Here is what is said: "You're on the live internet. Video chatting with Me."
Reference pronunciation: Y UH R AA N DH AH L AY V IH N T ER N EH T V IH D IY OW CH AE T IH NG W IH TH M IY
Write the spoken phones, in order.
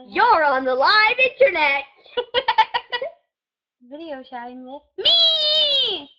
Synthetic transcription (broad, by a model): Y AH R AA N DH AH L AY V IH N T ER N EH T V IH D IY OW SH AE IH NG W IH M IY